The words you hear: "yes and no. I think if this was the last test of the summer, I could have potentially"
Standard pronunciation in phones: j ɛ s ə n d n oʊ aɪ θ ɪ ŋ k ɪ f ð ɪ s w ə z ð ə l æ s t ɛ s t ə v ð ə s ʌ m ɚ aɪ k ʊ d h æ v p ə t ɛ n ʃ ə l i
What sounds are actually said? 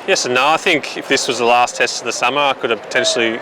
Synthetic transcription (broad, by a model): j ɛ s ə n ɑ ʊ aɪ θ ɪ ŋ k ɪ f ð ɪ s w ə z ð ə l æ s t ɛ s t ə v ð ə s ʌ m ɚ aɪ k ʊ d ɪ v p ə t ɛ n ʃ l i